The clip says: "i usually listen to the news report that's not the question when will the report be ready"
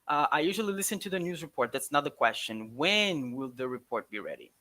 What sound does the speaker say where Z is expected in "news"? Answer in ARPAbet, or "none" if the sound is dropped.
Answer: Z